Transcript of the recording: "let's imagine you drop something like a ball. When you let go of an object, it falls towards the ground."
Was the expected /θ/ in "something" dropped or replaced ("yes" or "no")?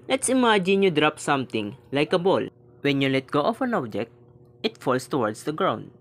yes